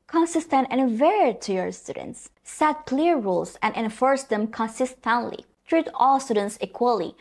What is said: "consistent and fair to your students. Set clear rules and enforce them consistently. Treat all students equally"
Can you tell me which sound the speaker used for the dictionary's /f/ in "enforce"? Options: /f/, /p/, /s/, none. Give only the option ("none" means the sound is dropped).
/f/